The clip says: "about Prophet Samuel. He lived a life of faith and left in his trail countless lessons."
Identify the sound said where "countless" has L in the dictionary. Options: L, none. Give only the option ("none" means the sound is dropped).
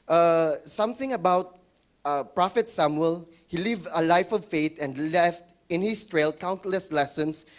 L